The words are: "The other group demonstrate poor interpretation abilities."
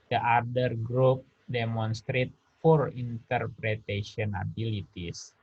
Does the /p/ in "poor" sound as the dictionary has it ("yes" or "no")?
no